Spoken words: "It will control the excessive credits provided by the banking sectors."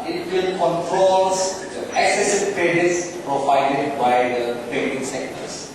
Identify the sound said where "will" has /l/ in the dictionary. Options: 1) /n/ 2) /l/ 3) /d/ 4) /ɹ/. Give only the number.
1